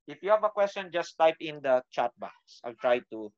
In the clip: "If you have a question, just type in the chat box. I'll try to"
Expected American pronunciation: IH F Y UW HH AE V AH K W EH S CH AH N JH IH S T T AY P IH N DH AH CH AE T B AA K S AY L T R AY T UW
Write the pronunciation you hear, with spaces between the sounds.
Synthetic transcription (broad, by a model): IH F Y UW HH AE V AH K W EH S CH AH N JH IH S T T AY P IH N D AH CH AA T B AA S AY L T R AY T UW